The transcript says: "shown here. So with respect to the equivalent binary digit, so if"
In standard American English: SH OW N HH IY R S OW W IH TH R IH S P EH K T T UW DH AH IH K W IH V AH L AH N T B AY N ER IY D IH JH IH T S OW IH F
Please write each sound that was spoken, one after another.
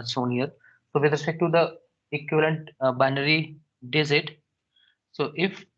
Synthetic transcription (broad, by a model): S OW N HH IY R S OW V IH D R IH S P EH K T T UW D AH IH K W IH V AH L AH N T B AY N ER IY D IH Z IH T S OW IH F